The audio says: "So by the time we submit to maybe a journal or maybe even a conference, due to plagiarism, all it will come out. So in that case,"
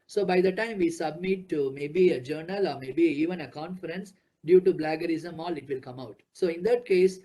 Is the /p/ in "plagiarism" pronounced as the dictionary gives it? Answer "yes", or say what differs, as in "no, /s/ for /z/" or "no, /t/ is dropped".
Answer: no, /b/ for /p/